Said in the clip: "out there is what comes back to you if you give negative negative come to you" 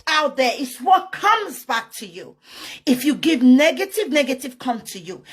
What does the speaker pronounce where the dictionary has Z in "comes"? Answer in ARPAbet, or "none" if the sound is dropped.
Z